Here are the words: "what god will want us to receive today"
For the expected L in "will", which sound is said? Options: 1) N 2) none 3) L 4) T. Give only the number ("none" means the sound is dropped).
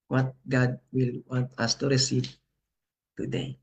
3